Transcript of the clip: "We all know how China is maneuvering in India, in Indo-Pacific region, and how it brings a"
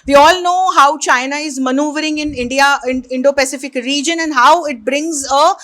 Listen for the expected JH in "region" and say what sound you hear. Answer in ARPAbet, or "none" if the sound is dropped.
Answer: JH